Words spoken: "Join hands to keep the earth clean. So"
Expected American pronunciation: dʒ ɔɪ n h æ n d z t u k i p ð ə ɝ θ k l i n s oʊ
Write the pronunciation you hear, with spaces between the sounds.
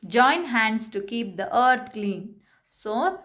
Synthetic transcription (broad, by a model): dʒ ɔɪ n h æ n d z t u k i p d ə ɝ t k l i n s oʊ